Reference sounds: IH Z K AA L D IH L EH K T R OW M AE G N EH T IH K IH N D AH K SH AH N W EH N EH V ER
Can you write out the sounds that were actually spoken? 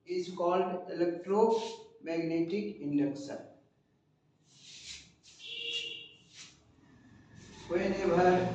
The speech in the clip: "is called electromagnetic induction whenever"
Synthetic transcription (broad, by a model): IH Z K AA L D IH L EH K T R OW M AE G N EH T IH K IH N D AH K S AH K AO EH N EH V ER